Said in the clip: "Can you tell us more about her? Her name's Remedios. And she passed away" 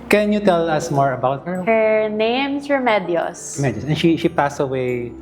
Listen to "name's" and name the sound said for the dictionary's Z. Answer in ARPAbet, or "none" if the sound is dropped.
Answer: S